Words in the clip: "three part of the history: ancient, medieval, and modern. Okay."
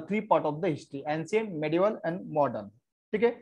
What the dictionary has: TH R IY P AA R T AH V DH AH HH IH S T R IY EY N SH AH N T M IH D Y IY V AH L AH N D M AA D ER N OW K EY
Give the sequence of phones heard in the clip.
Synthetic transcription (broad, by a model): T R IY P AA R T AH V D AH HH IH S T R IY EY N S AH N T M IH D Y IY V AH L AH N D M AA D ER N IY K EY